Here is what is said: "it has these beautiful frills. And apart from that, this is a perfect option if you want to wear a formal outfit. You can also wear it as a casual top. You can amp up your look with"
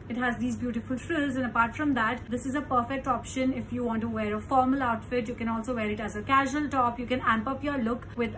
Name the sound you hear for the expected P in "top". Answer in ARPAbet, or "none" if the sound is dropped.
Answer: P